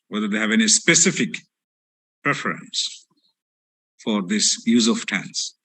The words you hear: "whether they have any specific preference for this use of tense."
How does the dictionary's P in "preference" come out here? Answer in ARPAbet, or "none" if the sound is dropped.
P